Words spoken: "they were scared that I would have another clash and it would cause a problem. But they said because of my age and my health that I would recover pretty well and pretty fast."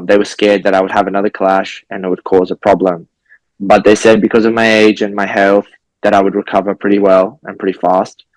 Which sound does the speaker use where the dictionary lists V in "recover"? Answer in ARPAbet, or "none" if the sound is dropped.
V